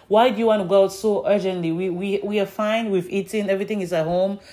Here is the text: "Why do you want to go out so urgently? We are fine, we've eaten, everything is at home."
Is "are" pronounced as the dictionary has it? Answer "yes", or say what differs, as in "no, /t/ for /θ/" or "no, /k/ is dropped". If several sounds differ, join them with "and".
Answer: no, /w/ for /ɹ/